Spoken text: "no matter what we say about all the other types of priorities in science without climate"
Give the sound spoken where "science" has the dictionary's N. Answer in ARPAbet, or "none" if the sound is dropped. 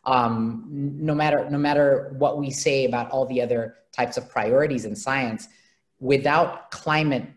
N